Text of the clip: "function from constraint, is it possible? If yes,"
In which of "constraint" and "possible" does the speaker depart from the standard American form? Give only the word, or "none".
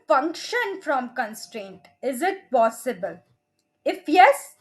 none